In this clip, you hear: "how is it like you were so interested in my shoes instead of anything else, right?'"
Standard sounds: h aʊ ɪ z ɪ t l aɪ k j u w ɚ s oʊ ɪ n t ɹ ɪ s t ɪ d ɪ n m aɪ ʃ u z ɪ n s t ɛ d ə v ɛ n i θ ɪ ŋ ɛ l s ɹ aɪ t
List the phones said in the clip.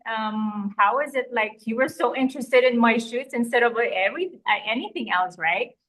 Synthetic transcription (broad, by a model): h aʊ ɪ z ɪ t l aɪ k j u w ɚ s oʊ ɪ n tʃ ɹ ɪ s t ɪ d ɪ n m aɪ ʃ u s ɪ n s t ɛ d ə v ɛ n i θ ɪ ŋ ɛ l s ɹ aɪ t